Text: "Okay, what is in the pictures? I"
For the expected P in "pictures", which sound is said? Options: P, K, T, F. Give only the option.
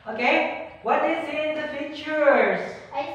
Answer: F